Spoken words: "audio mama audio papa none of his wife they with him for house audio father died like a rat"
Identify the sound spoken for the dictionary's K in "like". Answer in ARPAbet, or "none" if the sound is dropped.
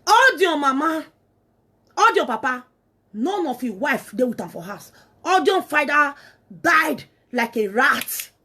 K